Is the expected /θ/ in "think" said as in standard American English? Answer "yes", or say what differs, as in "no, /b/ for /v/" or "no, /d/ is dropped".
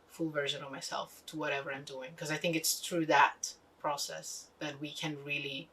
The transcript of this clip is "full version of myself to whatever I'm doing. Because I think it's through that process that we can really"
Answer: yes